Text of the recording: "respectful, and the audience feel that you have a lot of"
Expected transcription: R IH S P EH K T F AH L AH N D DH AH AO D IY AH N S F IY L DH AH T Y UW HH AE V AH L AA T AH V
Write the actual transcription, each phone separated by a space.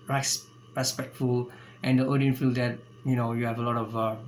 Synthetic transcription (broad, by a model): R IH S P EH K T F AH L AH N D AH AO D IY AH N F IY L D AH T Y UW HH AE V AH L AA T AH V